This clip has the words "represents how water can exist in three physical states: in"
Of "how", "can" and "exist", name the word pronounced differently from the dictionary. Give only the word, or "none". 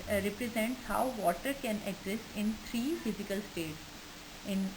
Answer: exist